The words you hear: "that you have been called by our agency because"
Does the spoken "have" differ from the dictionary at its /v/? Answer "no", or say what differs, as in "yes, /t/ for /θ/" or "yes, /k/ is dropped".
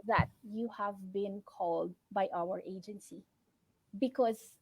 no